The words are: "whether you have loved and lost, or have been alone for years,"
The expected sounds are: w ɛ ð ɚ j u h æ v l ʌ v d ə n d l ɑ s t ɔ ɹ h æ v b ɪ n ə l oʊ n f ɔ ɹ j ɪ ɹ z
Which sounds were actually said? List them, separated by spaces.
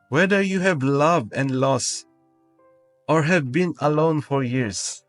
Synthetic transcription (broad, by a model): w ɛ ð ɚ j u h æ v l ʌ v d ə n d l ɑ s t ɔ ɹ h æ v b ɪ n ə l oʊ n f ɔ ɹ j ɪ ɹ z